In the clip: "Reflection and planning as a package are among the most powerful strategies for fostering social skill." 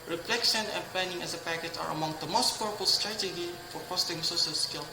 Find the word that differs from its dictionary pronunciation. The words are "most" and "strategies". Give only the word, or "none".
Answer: strategies